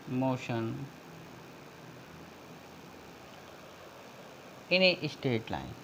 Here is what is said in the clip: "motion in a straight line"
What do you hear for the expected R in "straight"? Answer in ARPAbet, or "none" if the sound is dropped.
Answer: none